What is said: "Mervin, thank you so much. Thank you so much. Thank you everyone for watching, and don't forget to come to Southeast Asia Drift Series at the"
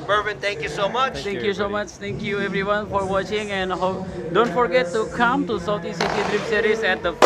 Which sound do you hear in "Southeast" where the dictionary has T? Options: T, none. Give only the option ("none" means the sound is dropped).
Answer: none